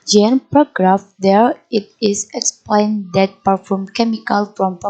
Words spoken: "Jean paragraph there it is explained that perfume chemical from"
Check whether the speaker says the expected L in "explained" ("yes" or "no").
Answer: yes